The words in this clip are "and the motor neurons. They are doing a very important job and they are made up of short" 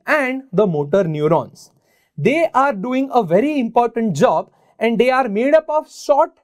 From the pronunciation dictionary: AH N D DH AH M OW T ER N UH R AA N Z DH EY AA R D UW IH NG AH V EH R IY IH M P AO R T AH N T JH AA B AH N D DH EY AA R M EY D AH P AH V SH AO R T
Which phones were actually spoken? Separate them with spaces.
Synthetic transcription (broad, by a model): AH N D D AH M OW T ER N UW R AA N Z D EY AA R D UW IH NG AH V EH R IY IH M P AO R T AH N T JH AA B AH N D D EY AA R M EY D AH P AH V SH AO T